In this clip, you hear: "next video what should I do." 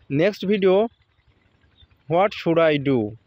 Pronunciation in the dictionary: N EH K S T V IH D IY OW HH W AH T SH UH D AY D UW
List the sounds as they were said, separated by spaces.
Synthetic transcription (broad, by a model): N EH K S T B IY D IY OW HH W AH T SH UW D AY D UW